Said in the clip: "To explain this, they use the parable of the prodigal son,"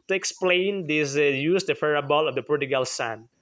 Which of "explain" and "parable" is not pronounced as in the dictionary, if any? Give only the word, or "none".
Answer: parable